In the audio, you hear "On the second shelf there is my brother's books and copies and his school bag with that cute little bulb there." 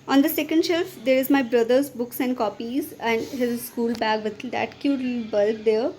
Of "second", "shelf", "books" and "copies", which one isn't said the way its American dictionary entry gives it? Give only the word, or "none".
none